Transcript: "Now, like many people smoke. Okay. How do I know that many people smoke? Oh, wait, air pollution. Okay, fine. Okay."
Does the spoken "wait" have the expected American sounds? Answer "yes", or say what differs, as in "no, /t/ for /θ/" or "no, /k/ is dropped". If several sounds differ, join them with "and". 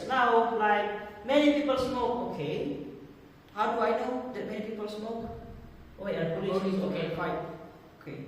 no, /t/ is dropped